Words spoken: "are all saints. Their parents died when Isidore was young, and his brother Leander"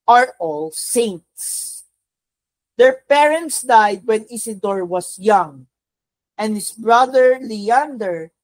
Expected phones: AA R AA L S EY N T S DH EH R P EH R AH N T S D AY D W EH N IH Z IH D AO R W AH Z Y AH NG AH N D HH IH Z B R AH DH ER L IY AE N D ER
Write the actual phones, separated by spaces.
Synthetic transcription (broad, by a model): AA R AA L S EY N T S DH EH R P EH R AH N T S D AY D W EH N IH S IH D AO R W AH S Y AH NG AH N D HH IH S B R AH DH ER L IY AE N D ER